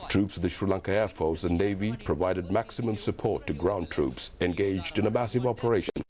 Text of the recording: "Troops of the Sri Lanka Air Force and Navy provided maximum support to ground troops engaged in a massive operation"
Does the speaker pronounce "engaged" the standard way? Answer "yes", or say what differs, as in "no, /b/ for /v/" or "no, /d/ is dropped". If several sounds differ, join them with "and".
yes